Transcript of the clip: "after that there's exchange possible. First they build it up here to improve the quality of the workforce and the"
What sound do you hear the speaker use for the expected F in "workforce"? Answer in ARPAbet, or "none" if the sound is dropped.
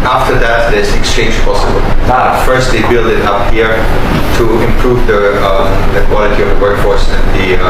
F